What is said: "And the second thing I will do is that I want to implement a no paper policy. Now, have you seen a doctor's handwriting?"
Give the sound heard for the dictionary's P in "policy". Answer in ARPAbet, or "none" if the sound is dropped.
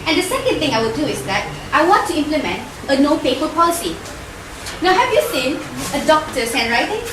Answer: P